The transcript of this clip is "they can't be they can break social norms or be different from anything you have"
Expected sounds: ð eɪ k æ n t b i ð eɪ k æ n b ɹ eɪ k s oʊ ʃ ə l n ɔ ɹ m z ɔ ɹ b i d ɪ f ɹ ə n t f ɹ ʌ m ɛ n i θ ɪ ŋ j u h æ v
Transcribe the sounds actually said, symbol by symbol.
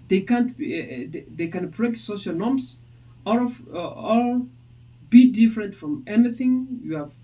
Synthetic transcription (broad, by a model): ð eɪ k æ n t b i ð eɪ k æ n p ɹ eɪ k s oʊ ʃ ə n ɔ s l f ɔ l b i d ɪ f ɹ ə n t f ɹ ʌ m ɛ n i θ ɪ ŋ j u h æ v